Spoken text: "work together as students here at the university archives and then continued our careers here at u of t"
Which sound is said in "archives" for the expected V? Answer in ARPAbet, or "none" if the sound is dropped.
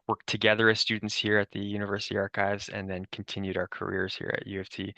V